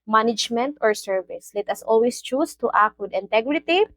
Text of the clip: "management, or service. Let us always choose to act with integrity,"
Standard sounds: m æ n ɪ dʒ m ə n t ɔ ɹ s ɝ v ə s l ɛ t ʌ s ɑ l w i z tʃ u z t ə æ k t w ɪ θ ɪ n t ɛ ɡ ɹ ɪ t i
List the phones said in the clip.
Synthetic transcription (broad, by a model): m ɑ n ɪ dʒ m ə n t ɔ ɹ s ɝ v ə s l ɛ t ʌ s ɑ l w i s tʃ u s t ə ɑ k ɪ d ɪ n t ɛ ɡ ɹ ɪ t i